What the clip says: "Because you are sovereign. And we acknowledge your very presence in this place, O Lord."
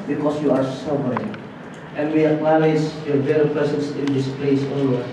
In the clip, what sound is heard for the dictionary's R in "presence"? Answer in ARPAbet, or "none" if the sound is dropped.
none